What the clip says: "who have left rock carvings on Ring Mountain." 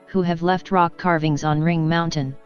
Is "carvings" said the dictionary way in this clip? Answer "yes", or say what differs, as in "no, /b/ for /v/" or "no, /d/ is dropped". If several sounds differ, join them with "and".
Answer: yes